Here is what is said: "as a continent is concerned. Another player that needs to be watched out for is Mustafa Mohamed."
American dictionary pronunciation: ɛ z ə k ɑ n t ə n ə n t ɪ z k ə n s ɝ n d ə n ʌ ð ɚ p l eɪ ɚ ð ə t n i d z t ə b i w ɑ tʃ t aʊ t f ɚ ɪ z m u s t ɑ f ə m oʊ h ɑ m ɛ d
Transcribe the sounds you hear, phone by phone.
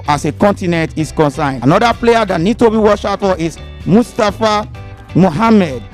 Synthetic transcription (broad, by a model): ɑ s ə k ɑ n t ə n ə n t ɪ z k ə n s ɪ n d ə n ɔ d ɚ p l eɪ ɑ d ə t n i d t ə b i w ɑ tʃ aʊ t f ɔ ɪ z m u s t ɑ f ə m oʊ h ɑ m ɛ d